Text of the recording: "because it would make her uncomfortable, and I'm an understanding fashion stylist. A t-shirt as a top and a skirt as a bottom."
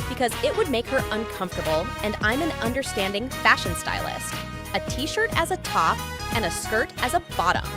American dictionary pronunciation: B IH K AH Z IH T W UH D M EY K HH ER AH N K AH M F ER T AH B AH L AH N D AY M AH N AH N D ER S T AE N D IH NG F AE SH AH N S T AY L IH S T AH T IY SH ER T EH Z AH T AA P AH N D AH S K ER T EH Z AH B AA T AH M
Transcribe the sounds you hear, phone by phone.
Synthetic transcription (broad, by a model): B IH K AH Z IH T W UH D M EY K HH ER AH N K AH M F T AH B L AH N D AY M AH N AH N D ER S T AE N D IH NG F AE SH AH N S T AY L IH S T AH T IY SH ER T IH Z AH T AA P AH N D AH S K ER T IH Z AH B AA T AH M